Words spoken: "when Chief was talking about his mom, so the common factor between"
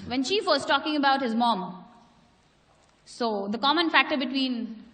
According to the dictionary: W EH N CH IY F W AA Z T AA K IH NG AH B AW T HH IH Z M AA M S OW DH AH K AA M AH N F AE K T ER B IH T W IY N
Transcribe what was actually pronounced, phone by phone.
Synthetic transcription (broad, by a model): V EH N SH IY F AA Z T AA K IH NG AH B AW T HH IH Z M AA M S OW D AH K AA M AH N F AE K T ER B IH T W IY N